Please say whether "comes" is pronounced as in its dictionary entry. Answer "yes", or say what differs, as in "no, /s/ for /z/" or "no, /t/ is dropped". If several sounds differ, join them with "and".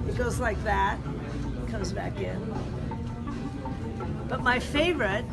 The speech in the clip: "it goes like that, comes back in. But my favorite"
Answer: yes